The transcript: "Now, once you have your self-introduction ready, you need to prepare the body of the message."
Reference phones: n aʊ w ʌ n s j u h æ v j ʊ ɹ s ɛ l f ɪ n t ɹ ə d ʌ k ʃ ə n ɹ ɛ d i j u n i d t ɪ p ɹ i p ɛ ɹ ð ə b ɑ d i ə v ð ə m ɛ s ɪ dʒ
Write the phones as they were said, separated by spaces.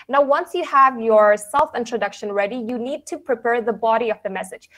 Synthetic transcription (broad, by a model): n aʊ w ʌ n s j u h æ v j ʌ ɹ s ɛ l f ɪ n t ɹ ə d ʌ k ʃ ə n ɹ ɛ d i j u n i d t ɪ p ɹ i p ɛ ɹ ð ə b ɑ d i ə v ð ə m ɛ s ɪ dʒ